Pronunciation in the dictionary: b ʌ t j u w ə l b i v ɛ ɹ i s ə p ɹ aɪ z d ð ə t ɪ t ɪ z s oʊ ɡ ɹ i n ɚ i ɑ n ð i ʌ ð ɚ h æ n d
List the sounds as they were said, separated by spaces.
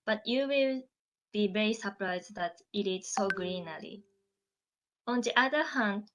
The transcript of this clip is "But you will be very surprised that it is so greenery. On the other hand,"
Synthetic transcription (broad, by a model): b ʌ t j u w ə l b i v ɛ ɹ i s ə p ɹ aɪ z d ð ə t ɪ t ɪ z s oʊ ɡ ɹ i n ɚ i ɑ n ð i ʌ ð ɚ h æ n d